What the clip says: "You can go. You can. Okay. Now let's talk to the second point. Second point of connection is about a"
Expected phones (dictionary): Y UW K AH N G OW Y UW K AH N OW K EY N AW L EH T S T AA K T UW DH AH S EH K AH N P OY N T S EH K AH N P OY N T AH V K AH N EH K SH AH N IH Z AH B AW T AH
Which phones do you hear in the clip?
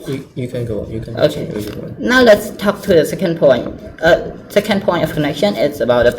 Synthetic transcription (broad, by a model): Y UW K AH N G OW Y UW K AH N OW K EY N AW L EH T S T AA K T UW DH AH S EH K AH N P OY N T S EH K AH N P OY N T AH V K AH N EH K SH AH N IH S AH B AW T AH